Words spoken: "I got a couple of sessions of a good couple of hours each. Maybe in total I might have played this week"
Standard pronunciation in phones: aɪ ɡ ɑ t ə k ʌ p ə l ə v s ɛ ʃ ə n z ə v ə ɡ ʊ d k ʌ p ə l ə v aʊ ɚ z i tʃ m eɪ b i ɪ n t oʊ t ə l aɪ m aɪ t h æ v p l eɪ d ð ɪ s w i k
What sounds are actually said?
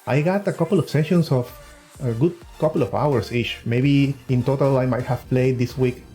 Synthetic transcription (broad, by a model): aɪ ɡ ɑ t ə k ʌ p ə l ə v s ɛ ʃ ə n s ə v ə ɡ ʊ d k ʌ p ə l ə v aʊ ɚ s i tʃ m eɪ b i ɪ n t oʊ t ə l aɪ m aɪ t h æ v p l eɪ d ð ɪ s w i k